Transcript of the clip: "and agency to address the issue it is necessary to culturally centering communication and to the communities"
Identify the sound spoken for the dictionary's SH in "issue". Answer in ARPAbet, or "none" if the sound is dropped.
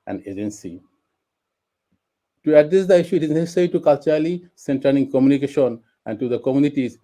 SH